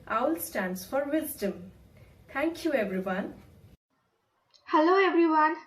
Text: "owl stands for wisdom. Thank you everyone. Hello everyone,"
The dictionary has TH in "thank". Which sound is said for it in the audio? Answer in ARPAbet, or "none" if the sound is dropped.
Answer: T